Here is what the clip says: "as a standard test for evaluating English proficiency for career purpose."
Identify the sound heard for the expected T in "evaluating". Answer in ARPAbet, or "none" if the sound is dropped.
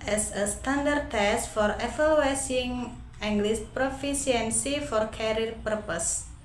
S